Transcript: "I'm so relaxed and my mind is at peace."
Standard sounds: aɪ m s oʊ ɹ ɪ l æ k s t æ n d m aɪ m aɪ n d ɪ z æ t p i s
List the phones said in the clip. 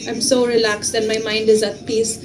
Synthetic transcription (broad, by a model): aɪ m s oʊ ɹ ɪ l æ k s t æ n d m aɪ m aɪ n d ɪ z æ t p i s